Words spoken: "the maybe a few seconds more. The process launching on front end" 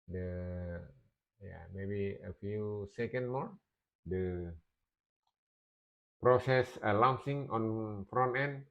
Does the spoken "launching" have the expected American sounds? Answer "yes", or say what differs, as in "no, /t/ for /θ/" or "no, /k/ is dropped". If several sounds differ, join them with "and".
no, /s/ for /tʃ/